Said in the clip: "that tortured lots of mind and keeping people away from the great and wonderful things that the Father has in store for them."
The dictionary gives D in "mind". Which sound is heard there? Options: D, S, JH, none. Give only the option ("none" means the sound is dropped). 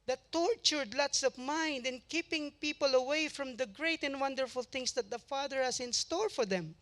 D